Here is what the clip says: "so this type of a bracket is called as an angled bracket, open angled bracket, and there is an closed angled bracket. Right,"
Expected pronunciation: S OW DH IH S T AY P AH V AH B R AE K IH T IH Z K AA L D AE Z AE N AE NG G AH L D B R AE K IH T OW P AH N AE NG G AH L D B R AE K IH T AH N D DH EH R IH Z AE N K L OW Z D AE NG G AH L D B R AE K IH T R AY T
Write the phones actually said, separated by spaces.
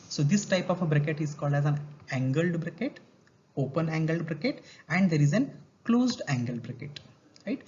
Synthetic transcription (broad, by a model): S OW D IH S T AY P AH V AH B R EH K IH T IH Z K AA L D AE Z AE N AE NG G AH L D B R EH K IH T OW P AH N AE NG G AH L D B R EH K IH T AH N D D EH R IH Z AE N K L OW Z D AE NG G AH L D B R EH K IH T R AY T